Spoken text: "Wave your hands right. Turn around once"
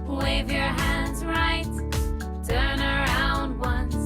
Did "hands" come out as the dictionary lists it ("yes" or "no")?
yes